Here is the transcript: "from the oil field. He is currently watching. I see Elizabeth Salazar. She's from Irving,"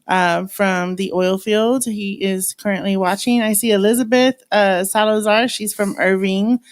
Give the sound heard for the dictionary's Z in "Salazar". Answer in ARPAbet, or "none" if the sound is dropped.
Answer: Z